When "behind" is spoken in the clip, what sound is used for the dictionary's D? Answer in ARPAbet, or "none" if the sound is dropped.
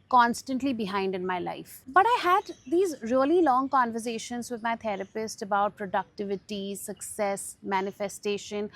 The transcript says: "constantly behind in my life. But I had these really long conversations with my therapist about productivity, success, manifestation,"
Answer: D